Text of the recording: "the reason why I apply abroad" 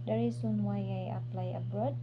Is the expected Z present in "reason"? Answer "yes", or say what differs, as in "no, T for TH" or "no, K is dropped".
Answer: no, S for Z